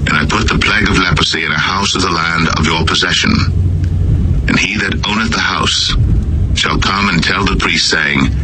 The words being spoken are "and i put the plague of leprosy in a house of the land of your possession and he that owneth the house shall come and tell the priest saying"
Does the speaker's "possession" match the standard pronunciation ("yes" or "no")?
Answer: yes